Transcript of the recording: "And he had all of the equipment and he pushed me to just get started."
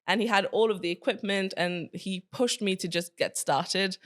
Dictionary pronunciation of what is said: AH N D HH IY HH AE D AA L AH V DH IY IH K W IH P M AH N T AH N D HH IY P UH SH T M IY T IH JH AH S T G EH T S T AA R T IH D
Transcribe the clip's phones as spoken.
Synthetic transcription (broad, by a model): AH N IY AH D AA L AH V DH IY IH K W IH P M AH N T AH N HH IY P UH SH T M IY T IH JH AH S G EH T S T AA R T IH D